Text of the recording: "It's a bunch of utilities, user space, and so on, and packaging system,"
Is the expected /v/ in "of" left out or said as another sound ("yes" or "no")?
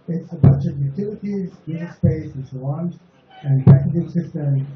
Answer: no